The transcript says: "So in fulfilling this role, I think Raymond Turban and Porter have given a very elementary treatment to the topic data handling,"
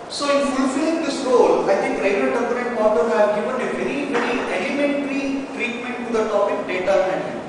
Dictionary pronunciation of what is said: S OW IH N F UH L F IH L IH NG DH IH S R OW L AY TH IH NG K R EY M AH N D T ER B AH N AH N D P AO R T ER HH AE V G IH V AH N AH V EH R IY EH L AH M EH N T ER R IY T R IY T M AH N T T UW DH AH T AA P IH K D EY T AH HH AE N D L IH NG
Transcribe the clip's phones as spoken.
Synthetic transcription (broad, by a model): S OW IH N F UH L F IH L IH NG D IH S R OW L AY T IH NG K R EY AH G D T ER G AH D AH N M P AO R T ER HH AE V G IH V AH N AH V EH R IY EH L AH M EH N T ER R IY T R IY T M AH N T T UW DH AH T AA P IH K D EY T AH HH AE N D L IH